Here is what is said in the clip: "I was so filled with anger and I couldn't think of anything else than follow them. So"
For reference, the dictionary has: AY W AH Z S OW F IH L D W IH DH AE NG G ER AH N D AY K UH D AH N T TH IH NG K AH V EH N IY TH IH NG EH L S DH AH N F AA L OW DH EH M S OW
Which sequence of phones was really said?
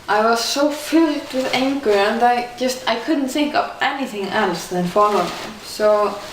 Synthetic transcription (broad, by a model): AY W AH Z S OW F IH L D W IH DH AE NG G ER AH N D AY K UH D N T TH IH NG K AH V EH N IY TH IH NG EH L S DH AH N F AA L OW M S OW